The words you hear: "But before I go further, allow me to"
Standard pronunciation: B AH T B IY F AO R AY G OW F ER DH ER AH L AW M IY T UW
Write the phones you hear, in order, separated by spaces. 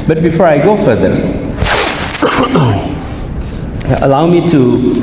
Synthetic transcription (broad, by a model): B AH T B IY F AO R AY G OW F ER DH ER AH L AW M IY T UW